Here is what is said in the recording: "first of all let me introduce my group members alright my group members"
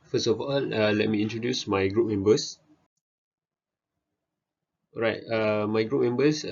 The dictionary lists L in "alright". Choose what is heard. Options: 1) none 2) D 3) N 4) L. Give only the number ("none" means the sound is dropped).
1